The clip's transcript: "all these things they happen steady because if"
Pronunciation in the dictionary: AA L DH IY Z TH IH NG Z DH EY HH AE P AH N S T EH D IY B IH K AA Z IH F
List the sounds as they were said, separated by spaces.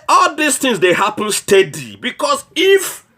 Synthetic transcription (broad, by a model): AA L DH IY S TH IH NG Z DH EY HH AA P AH N S T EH D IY B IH K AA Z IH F